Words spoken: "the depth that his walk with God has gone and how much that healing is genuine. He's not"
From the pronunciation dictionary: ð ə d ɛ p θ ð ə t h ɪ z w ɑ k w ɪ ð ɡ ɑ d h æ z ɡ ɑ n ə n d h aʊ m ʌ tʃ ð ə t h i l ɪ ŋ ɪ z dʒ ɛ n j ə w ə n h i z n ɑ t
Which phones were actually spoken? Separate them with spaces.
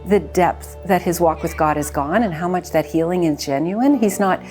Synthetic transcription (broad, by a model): ð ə d ɛ p θ ð ə t h ɪ z w ɑ k w ɪ ð ɡ ɑ d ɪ z ɡ ɑ n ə n h aʊ m ʌ tʃ ð ə t h i l ɪ ŋ ɪ z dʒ ɛ n j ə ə n i z n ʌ t